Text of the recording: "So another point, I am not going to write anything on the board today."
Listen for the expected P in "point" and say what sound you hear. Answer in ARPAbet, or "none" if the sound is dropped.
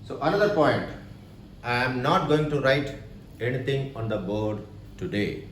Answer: P